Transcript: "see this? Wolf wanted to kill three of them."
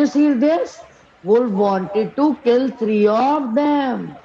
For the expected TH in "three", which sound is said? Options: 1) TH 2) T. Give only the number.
2